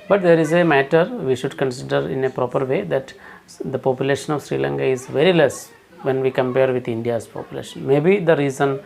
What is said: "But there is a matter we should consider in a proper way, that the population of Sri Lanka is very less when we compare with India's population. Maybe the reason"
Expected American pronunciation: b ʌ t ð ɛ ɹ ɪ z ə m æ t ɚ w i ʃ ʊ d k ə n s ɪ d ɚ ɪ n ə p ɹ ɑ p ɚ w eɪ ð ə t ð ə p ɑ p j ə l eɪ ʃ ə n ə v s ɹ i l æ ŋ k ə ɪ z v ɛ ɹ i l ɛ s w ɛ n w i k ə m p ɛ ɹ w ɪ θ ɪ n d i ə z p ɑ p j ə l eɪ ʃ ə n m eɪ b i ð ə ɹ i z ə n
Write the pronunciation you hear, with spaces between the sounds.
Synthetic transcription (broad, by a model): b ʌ t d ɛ ɹ ɪ z ə m æ t ɚ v i ʃ ʊ d k ə n s ɪ d ɚ ɪ n ə p ɹ ɑ p ɚ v eɪ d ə t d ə p ɑ p j ə l eɪ ʃ ə n ə v s ɹ i l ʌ ŋ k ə ɪ z v ɛ ɹ i l ɛ s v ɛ n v i k ə m p ɛ ɹ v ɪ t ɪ n d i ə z p ɑ p j ə l eɪ ʃ ə n m eɪ b i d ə ɹ i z ə n